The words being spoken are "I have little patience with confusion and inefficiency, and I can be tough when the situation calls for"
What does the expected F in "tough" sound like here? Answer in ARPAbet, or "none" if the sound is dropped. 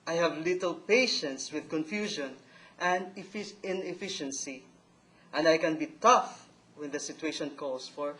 F